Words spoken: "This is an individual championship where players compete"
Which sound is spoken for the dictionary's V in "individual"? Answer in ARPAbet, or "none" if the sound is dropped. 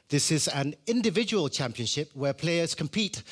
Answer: V